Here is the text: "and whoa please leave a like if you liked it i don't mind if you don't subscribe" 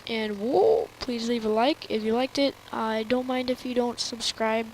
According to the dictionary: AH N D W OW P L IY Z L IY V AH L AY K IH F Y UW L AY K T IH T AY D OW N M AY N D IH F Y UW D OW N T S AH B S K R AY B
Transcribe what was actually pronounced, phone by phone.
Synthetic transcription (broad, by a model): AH N W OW P L IY Z L IY V AH L AY K IH F Y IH L AY K T IH T AY D OW N M AY N D IH F Y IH D OW N T S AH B S K R AY B